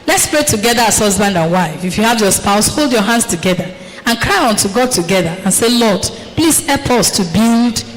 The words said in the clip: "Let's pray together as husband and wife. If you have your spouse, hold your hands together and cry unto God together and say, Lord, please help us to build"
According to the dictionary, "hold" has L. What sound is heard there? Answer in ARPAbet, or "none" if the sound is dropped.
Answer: L